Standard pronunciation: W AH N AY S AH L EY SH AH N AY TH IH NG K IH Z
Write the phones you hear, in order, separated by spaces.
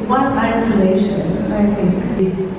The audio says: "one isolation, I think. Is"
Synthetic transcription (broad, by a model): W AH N AY S AH L EY SH AH N AY T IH NG K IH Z